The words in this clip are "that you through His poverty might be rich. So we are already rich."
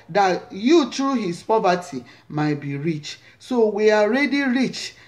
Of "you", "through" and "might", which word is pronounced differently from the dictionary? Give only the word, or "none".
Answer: through